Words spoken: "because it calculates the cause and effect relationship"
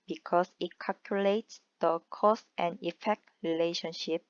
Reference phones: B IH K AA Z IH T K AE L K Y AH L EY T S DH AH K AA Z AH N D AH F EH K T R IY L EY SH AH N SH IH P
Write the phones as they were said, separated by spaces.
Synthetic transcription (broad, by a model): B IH K AA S IH T K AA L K Y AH L EY T S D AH K AA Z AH N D AH F EH K T R IY L EY SH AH N SH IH P